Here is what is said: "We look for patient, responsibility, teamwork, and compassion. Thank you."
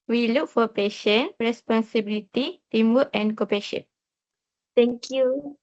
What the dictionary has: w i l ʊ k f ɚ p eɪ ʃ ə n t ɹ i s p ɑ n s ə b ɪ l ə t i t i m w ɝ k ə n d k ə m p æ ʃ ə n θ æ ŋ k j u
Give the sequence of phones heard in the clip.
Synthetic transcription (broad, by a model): w i l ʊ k f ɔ p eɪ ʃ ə n ɹ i s p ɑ n s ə b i l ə t i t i m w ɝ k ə n k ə p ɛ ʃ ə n t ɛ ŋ k j u